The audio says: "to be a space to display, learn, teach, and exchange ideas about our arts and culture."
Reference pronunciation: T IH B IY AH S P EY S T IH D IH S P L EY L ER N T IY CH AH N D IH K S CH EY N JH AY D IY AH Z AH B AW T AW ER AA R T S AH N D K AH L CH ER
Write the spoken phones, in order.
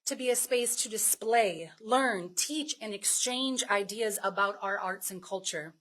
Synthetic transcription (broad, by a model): T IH B IY AH S P EY S T IH D IH S P L EY L ER N T IY CH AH N IH K S CH EY N JH AY D IY AH Z AH B AW T AW ER AA R T S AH N K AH L CH ER